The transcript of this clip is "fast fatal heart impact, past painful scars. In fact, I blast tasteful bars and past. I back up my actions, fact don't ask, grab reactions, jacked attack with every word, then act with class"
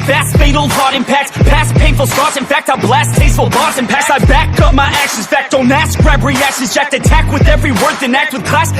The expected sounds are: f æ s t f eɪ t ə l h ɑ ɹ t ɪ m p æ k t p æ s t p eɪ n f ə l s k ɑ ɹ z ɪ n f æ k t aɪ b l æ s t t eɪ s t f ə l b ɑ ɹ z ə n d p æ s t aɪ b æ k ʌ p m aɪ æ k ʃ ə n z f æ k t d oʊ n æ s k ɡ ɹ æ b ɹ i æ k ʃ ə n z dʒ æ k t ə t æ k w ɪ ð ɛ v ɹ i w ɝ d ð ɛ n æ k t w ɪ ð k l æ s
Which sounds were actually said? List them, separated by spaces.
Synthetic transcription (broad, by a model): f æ s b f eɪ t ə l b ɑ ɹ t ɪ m p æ k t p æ s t p eɪ n f l s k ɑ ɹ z ɪ n f æ k t aɪ b l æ s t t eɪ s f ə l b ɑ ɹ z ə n p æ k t aɪ b æ k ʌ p m aɪ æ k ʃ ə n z f æ k t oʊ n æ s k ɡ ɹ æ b ɹ i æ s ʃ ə z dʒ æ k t ə t æ k w ɪ ð ɛ v ɹ i w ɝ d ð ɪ n æ k t w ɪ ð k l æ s